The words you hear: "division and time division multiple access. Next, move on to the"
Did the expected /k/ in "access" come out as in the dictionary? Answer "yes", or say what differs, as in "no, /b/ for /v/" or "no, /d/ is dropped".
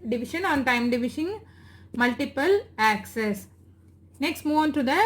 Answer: yes